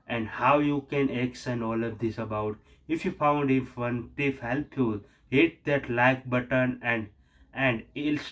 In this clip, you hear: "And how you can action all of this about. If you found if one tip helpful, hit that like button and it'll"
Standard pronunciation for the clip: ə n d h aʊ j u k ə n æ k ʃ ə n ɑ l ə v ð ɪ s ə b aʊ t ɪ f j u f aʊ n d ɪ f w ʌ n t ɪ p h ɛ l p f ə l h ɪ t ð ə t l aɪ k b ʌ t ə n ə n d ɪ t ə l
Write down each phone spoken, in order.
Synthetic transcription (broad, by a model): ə n d h aʊ j u k ə n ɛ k s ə n ɑ l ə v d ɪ s ə b aʊ t ɪ f j u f aʊ n d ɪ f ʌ n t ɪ f h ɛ l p ə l h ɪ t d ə t l aɪ k b ʌ t ə n ə n d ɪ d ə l